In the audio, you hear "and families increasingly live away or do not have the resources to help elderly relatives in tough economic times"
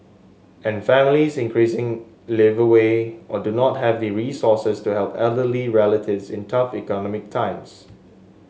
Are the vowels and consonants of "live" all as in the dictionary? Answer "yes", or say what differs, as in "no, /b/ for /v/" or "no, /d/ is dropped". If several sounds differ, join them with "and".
yes